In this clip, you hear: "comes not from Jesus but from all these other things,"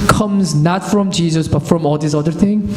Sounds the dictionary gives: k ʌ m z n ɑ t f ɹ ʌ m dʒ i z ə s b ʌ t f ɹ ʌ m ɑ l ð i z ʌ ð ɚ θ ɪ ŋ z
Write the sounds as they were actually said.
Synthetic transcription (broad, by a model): k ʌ m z n ɑ t f ɹ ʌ m dʒ i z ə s b ʌ t f ɹ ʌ m ɑ l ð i s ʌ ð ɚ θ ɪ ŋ